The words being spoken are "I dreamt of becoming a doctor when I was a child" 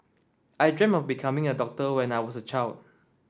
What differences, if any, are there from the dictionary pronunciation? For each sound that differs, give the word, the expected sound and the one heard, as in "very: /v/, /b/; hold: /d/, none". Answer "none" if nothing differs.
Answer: dreamt: /t/, none; was: /z/, /s/